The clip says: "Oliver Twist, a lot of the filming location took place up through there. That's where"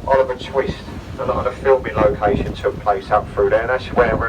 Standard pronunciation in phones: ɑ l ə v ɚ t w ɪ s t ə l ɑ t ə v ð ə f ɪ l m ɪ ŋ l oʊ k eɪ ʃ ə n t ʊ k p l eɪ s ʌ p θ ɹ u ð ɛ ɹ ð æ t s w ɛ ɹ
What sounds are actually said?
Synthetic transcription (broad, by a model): ɑ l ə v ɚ t w ɪ s t ə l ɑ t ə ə f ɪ l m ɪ l oʊ k eɪ ʃ ə n t ʊ k p l eɪ s ʌ p f ɹ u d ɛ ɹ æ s w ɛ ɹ